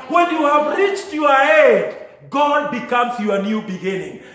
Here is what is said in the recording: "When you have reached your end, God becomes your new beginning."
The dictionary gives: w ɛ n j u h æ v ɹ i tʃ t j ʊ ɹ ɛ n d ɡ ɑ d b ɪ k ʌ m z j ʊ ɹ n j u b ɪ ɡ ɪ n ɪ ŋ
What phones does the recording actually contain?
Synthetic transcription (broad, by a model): w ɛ n j u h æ v ɹ i tʃ t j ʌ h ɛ d ɡ ɑ d b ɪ k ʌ m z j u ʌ n j u b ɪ ɡ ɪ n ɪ ŋ